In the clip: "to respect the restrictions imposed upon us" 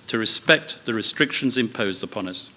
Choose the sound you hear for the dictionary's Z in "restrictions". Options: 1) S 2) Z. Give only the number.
2